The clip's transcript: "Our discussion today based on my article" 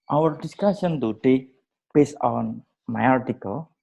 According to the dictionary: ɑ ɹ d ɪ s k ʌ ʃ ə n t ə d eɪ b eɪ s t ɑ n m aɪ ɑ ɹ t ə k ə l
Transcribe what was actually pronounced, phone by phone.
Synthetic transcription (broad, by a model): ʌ ɹ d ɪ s k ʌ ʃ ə n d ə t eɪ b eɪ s ɑ n m aɪ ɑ ɹ t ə k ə l